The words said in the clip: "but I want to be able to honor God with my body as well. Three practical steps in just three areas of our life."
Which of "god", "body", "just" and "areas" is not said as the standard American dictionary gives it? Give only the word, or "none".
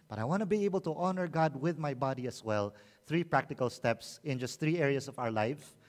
areas